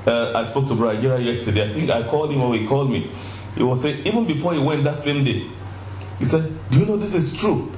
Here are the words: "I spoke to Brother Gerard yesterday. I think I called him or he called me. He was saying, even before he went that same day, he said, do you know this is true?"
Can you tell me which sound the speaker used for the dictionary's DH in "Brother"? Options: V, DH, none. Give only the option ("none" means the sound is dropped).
none